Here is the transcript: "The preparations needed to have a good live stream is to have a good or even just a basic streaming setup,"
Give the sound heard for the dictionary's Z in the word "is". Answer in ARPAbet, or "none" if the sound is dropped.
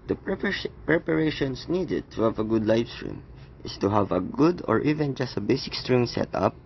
S